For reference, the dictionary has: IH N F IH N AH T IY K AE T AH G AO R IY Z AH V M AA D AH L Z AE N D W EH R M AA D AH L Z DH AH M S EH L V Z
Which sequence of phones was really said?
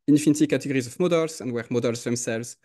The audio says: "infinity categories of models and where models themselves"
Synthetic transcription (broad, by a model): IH N F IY N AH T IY K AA T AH G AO R IY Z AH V M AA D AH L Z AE N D W EH R M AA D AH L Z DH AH M S EH L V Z